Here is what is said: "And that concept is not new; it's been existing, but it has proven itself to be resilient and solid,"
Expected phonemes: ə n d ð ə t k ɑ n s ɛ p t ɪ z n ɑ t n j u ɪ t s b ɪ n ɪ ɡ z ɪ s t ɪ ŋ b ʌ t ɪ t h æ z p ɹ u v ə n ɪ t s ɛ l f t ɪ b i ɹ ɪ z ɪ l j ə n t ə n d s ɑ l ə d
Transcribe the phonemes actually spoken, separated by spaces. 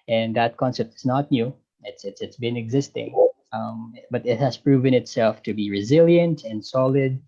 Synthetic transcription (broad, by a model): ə n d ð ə t k ɑ n s ɛ p t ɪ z n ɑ t n j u ɪ t s b ɪ n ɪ ɡ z ɪ s t ɪ ŋ b ʌ t ɪ t h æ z p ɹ u v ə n ɪ t s ɛ l f t ɪ b i ɹ ɪ z ɪ l j ə n t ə n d s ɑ l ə d